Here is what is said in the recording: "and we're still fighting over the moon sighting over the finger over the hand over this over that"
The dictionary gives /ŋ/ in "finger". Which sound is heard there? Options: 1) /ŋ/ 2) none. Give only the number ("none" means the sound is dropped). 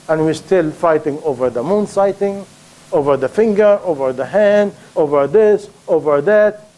1